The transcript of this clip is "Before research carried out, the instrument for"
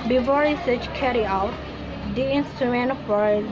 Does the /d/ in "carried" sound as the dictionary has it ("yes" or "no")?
no